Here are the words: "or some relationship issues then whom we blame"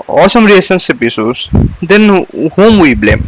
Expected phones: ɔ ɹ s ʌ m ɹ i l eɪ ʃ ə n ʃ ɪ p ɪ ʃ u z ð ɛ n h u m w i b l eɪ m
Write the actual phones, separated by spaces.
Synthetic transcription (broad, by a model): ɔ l s ʌ m ɹ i eɪ s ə n s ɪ p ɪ s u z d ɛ n h u m w i b l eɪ m